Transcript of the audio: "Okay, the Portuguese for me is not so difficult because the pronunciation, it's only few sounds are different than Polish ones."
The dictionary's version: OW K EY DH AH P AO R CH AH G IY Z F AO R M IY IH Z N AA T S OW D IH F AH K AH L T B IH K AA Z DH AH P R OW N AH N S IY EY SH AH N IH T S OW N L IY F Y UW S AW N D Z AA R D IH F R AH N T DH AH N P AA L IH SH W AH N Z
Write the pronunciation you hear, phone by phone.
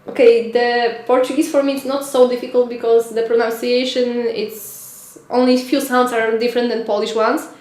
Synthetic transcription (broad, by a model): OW K EY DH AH P AO R CH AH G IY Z F AO R M IY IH S N AA T S OW D IH F AH K AH L T B IH K AA Z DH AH P R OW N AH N S IY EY SH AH N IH T S OW N L IY F Y UW S AW N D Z AA R D IH F R AH N T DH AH N P AA L IH SH W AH N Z